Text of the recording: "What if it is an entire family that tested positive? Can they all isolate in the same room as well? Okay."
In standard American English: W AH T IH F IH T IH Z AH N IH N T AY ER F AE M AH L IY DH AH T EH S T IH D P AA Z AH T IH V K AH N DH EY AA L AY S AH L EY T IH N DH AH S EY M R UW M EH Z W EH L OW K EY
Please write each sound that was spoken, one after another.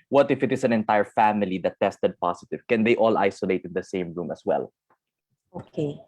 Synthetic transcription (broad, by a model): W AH T IH F IH T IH S AH N IH N T AY ER F AE M AH L IY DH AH T EH S T IH D P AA S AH T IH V K AH N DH EY AA L AY S AH L EY T IH N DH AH S EY M R UW M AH S W EH L OW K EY